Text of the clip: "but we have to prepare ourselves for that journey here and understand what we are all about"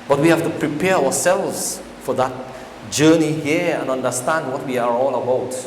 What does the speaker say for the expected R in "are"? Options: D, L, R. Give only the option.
R